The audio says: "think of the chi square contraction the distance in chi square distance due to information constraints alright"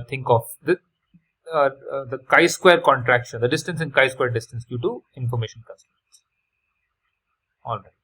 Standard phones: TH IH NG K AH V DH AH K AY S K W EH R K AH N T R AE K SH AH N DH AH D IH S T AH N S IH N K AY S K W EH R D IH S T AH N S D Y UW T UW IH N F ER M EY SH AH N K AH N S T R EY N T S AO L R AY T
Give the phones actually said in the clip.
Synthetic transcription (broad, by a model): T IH NG K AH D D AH K AY S K W EH R K AH N T R AE K SH AH N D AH D IH S T AH N S IH N K AY S K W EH R D IH S T AH N S D Y UW T UW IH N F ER M EY SH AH N K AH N S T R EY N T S AO L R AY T